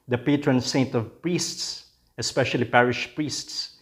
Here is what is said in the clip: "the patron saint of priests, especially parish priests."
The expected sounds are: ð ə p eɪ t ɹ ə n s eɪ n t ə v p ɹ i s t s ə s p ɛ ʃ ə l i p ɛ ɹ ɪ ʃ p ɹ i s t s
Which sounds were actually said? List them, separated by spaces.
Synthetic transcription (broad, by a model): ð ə p eɪ t ɹ ə n s eɪ n t ə v p ɹ i s t s ə s p ɛ ʃ ə l i p ɛ ɹ ɪ ʃ p ɹ i s t s